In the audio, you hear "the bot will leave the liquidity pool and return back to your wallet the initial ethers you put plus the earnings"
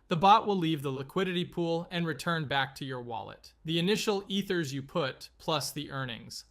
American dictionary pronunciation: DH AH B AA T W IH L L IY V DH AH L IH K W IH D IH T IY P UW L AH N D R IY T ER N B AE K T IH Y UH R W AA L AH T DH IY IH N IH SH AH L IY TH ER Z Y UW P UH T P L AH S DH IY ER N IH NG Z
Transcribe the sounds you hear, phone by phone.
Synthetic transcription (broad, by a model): DH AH B AA T W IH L L IY V DH AH L IH K W IH D IH T IY P UW L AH N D R IY T ER N B AE K T IH Y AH R W AA L AH T DH IY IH N IH SH L IY TH ER Z Y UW P UH T P L AH S DH IY ER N IH NG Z